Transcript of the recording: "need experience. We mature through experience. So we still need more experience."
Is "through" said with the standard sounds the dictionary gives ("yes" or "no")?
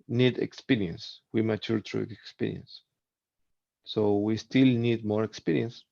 no